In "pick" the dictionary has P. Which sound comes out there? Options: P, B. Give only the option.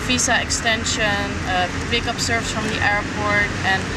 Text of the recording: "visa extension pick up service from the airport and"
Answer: B